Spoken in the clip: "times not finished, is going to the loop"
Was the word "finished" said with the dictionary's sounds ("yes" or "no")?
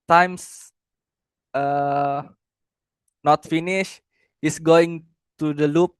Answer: no